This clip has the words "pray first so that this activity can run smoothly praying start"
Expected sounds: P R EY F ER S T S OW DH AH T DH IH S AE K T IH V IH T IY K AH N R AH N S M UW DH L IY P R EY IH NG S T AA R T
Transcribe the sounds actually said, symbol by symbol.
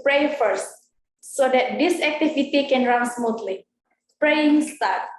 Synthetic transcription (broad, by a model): P R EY F ER S T S OW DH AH T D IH S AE K T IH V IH T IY K AH N R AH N S M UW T L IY P R EY IH NG S T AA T